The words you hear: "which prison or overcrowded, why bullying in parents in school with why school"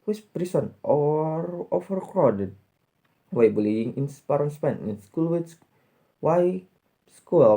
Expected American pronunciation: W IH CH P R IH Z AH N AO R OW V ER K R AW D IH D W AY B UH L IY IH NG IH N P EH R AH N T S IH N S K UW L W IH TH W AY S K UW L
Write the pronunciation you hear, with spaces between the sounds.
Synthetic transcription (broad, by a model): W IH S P R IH S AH N AO R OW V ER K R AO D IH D W AY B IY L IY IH NG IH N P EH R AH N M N IH N S K UW L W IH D W AY S K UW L